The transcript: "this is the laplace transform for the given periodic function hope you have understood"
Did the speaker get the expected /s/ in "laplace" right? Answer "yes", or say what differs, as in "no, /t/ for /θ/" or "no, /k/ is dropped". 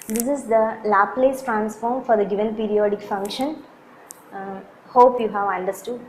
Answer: yes